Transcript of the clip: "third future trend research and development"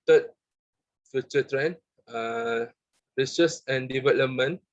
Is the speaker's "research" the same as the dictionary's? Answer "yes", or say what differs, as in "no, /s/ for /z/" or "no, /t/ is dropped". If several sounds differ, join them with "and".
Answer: no, /s/ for /tʃ/